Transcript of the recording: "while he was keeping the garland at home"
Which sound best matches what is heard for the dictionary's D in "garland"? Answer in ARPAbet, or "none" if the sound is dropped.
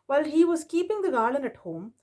none